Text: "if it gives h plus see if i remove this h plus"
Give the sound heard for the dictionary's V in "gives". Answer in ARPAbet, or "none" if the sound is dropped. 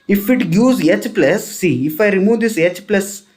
none